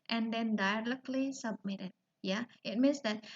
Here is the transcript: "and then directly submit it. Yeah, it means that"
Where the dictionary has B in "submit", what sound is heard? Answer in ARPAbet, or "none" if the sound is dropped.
B